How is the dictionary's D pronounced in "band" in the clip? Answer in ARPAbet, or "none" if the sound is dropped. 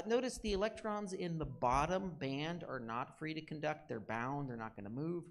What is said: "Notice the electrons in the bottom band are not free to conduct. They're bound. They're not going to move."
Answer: D